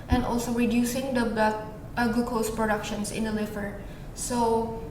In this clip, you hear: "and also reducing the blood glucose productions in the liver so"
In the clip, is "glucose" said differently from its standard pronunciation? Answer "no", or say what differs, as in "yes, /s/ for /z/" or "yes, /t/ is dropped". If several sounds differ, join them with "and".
yes, /l/ is dropped